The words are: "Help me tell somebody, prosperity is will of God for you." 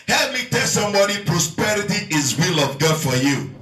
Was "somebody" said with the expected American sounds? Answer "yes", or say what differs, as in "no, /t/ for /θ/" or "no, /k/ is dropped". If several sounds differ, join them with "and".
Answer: yes